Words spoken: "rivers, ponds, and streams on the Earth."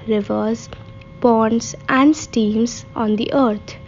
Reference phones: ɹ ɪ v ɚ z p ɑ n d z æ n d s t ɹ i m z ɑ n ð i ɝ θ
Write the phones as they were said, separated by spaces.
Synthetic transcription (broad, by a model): ɹ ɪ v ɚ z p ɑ n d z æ n d s t i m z ɑ n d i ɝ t